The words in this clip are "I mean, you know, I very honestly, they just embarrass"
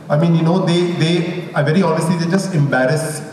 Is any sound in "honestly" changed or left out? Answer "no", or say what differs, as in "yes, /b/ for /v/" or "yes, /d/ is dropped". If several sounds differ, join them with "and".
no